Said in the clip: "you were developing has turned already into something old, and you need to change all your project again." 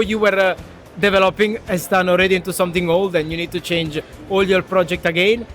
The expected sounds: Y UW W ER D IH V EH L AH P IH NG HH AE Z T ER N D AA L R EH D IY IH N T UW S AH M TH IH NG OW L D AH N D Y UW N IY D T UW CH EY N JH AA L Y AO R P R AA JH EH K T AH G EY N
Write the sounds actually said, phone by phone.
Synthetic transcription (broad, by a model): Y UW W ER D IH V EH L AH P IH NG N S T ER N AA L R EH D IY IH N T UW S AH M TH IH NG OW L D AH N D Y UW N IY D T UW CH EY N JH AA L Y AO R P R AA JH EH K T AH G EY N